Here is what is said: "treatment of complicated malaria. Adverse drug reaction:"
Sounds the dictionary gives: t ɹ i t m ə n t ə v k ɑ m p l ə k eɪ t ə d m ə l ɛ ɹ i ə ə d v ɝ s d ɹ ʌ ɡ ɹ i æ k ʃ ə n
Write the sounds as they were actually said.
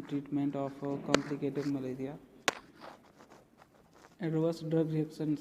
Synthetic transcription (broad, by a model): t ɹ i t m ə n t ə p k ɑ m p l ə k eɪ t ə d m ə l ɛ ɹ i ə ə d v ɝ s d ɹ ʌ ɡ ɹ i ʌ k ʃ ə n